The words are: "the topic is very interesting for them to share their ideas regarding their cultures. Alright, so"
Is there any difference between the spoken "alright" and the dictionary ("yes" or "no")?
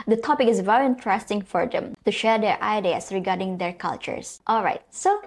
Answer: no